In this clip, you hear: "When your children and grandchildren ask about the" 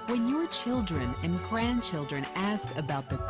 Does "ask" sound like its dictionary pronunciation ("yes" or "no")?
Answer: yes